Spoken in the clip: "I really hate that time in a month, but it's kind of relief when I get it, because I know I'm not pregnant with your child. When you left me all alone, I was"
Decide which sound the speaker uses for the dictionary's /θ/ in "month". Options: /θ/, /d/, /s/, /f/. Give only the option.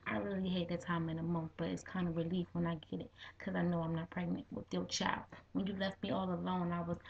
/θ/